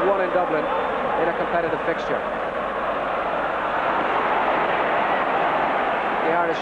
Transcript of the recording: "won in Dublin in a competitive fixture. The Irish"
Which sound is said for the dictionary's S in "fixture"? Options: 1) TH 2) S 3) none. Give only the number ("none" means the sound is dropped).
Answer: 2